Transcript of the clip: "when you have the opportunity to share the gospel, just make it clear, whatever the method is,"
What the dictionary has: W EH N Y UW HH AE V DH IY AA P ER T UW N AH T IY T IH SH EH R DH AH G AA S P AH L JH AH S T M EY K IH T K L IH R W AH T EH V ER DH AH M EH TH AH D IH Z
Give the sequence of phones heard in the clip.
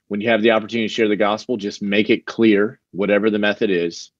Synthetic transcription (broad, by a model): W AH N Y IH V DH IY AA P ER T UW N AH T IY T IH SH EH R DH AH G AA S P L JH AH S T M EY K IH T K L IH R W AH T EH V ER DH AH M EH TH AH D IH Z